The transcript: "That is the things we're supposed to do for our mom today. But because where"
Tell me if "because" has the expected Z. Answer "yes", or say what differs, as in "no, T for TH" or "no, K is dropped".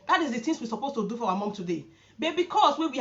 no, S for Z